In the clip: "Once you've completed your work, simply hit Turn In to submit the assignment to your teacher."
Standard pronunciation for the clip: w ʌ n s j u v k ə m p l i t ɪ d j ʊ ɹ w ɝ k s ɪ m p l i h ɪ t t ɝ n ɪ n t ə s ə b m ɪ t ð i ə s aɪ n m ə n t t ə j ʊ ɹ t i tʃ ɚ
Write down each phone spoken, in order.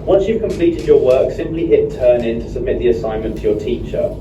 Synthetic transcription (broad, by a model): w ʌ n s j u v k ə m p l i t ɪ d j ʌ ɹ w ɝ k s ɪ m p l i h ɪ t t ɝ n ɪ n t ə s ə b m ɪ t ð i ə s aɪ n m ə n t t ə j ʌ t i tʃ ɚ